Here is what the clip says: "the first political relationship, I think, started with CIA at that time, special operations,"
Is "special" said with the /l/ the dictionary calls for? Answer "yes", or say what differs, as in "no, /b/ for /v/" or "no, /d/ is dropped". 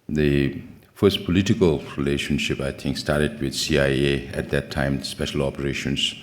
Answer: yes